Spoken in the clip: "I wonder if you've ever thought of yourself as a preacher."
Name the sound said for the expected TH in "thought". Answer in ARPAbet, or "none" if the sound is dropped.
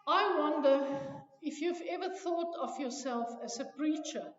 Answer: TH